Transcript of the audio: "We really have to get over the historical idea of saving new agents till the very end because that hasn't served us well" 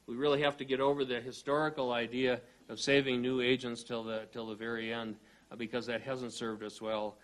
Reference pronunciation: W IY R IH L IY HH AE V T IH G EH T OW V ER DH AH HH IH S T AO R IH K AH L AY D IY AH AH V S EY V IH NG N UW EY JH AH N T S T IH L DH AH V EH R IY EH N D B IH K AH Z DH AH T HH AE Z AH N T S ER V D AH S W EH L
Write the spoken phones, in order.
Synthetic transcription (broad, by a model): W IY R IH L IY HH AE F T IH G EH T OW V ER DH AH HH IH S T AO R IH K L AY D IY AH AH V S EY V IH NG N UW EY JH AH N T S T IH L DH AH V EH R IY EH N D B IH K AH Z DH AH T HH AE Z AH N T S ER V D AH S W EH L